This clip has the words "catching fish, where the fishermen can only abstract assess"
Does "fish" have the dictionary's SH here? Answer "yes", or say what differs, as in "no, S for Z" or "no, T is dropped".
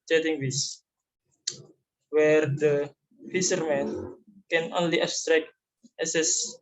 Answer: no, S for SH